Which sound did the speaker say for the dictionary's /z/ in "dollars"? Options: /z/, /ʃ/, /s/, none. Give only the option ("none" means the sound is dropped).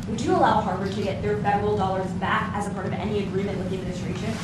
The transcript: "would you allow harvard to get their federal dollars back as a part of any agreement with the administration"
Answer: /z/